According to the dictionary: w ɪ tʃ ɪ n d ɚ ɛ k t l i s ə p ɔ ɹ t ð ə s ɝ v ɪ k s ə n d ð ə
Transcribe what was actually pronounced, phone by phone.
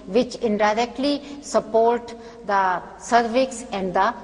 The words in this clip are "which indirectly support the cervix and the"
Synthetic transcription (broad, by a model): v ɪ tʃ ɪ n d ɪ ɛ k t l i s ə p ɔ ɹ t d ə s ɝ v ɪ k s ə n d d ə